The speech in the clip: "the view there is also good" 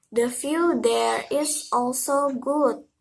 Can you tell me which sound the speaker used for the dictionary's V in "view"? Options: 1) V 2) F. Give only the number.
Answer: 2